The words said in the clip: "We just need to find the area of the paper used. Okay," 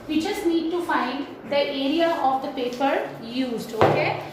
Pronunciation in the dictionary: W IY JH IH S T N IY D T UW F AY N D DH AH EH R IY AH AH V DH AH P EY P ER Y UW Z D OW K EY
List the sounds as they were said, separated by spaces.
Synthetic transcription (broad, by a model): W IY CH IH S N IY D T UW F AY N D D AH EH R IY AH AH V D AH P EY P ER Y UW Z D OW K EY